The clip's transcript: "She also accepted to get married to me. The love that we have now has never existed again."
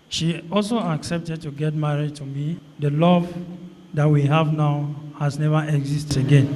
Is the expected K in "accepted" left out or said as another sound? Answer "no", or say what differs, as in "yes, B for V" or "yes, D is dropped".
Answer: no